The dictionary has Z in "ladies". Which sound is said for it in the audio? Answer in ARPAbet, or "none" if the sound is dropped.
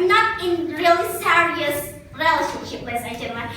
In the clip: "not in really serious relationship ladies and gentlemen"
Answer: none